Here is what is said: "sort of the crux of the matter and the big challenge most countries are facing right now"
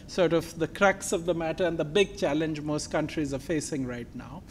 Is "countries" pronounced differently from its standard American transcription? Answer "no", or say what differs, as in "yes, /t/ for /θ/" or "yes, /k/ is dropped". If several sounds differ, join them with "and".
no